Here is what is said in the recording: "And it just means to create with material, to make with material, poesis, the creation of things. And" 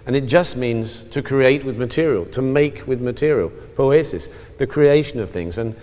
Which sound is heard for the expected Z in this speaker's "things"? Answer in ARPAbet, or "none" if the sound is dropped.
Z